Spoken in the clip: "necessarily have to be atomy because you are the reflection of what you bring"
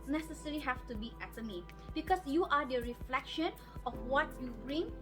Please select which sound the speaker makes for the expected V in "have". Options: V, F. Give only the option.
F